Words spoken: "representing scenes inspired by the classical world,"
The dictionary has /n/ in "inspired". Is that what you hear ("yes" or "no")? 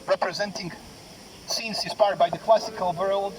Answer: no